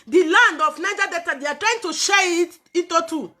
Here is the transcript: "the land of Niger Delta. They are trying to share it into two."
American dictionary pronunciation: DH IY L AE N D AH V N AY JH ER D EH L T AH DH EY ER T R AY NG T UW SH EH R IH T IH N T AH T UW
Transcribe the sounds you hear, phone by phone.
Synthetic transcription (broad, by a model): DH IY L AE N D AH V N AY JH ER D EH T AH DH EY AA T R AY NG T UW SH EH IH T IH T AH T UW